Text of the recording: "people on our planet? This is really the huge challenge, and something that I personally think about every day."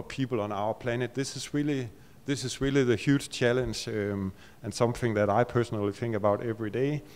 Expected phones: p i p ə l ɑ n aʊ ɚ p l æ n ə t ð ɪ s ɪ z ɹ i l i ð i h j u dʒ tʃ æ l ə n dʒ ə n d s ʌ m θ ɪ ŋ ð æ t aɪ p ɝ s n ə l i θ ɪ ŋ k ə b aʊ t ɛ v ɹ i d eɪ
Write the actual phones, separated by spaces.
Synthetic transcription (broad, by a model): p i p l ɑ n aʊ ɚ p l æ n ə t ð ɪ s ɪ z ɹ i l i ð i h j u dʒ tʃ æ l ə n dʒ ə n s ʌ m θ ɪ ŋ ð æ t aɪ p ɝ s n ə l i θ ɪ ŋ k ə b aʊ t ɛ v ɹ i d eɪ